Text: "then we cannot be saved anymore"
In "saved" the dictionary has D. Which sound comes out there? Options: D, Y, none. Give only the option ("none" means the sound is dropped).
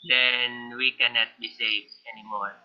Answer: none